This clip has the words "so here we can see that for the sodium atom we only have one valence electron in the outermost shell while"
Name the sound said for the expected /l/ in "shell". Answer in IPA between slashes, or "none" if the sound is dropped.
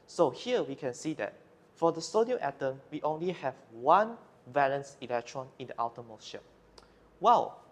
/n/